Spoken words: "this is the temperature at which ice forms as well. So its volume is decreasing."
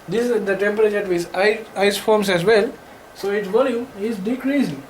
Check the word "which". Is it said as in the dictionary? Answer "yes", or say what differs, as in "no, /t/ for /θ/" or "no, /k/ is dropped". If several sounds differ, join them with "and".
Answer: no, /tʃ/ is dropped